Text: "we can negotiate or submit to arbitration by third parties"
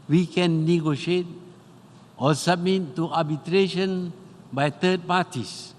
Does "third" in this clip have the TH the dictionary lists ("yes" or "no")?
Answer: no